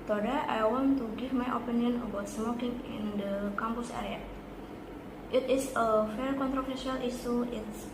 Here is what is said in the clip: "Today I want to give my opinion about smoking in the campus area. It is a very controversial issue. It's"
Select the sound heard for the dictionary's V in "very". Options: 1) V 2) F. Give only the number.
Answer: 2